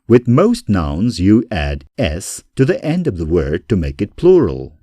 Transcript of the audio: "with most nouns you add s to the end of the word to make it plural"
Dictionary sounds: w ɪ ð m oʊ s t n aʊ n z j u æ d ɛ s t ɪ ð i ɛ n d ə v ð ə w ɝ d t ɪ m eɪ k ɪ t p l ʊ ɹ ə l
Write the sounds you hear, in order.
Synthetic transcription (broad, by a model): w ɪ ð m oʊ s t n aʊ n z j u æ d ɛ s t ɪ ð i ɛ n d ə v ð ə w ɝ d t ɪ m eɪ k ɪ t p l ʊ ɹ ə l